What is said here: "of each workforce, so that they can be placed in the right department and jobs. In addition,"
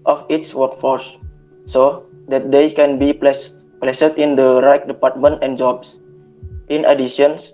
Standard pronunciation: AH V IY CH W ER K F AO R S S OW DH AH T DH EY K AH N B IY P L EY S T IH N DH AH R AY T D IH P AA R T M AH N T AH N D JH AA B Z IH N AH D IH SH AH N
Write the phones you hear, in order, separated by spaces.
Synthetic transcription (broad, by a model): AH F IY S W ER K F AO R S S OW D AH T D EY K AH N B IY P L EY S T IH N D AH R AY T D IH P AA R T M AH N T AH N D JH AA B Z IH N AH D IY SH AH N